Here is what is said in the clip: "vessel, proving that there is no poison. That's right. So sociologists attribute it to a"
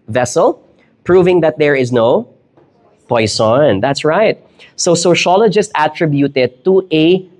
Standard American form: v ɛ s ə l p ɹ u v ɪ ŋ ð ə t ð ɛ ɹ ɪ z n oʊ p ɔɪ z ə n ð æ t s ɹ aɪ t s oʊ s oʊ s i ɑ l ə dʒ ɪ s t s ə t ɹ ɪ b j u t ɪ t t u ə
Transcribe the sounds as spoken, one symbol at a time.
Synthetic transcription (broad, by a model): v ɛ s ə l p ɹ u v ɪ ŋ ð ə t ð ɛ ɹ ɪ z n oʊ p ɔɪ s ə n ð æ t s ɹ aɪ t s oʊ s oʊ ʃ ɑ l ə dʒ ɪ s t ə t ɹ ɪ b j u t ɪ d t u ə